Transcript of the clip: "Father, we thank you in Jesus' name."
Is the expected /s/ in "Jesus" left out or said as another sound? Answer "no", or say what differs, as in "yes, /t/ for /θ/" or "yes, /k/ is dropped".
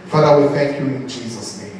no